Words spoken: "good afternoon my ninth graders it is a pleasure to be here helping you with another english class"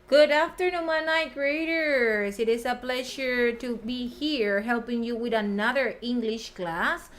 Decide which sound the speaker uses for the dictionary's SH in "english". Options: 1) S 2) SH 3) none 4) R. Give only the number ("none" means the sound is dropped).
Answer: 2